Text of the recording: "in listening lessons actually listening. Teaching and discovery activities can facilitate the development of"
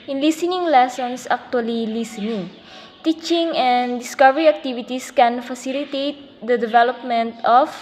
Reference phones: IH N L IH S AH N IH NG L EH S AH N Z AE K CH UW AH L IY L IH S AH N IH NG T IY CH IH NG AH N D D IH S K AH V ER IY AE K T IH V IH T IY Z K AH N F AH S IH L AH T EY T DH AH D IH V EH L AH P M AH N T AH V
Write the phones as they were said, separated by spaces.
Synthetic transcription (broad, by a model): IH N L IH S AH N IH NG L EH S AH N S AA K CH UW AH L IY L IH S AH N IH NG T IY CH IH NG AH N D D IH S K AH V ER IY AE K T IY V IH T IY S K AH N F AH S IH L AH T EY T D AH D IH V EH L AH P M AH N T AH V